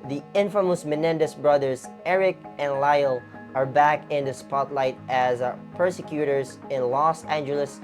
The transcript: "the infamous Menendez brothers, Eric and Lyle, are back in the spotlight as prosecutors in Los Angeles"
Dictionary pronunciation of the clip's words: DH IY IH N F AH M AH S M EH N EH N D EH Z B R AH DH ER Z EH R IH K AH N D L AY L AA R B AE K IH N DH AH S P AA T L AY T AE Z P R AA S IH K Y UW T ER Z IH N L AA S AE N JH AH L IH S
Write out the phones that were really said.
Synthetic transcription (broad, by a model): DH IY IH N F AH M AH S M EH N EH N D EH S B R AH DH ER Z EH R IH K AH N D L AY L AA R B AE K IH N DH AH S P AA T L AY T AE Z P R S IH K Y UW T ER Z IH N L AA S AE N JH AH L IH S